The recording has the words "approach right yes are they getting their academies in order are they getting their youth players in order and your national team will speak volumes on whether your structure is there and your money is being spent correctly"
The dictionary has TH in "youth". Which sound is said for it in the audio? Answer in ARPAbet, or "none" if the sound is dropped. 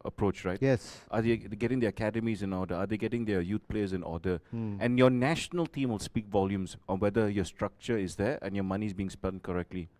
T